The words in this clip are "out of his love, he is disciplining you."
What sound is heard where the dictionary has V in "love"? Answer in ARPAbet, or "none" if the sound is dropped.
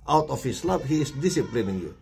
P